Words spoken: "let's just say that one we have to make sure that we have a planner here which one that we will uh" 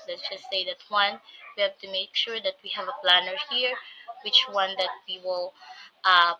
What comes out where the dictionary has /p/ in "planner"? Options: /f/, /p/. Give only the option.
/p/